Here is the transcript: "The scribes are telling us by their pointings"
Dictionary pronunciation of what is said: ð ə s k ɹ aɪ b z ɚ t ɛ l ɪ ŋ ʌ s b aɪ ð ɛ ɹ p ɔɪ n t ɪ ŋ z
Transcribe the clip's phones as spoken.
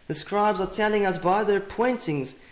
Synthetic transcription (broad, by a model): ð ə s k ɹ aɪ b z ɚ t ɛ l ɪ ŋ ʌ s b aɪ ð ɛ ɹ p ɔɪ n t ɪ ŋ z